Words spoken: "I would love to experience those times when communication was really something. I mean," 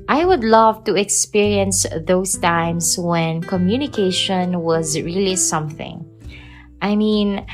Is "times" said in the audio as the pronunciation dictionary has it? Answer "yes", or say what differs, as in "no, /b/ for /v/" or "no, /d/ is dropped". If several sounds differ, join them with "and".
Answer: no, /s/ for /z/